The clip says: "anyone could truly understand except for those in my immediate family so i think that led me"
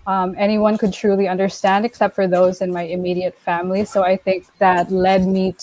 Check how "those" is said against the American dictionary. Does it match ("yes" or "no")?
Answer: yes